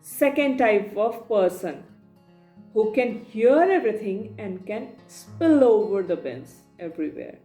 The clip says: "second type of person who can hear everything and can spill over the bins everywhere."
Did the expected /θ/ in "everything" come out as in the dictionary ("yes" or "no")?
no